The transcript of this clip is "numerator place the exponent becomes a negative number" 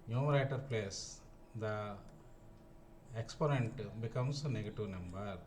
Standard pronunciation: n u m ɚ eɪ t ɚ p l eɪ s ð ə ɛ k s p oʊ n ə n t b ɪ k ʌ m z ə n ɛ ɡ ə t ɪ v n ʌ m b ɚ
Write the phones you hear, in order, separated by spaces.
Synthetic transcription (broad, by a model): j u m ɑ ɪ t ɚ p l eɪ s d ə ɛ k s p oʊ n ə n t b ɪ k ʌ m s ə n ɛ ɡ ə t ɪ v n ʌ m b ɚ